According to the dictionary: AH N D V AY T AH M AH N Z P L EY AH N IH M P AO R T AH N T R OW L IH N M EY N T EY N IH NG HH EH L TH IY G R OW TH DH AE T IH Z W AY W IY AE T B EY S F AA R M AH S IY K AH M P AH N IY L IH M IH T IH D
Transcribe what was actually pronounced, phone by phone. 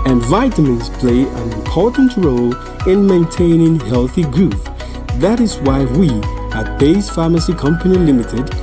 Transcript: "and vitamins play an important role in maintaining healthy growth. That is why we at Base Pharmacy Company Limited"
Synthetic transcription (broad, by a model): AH N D V AY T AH M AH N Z P L EY AH N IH M P AO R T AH N T R OW L IH N M EY N T EY N IH NG HH EH L TH IY G R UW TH DH AE T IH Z W AY W IY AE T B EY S F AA M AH S IY K AH M P AH N IY L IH M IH T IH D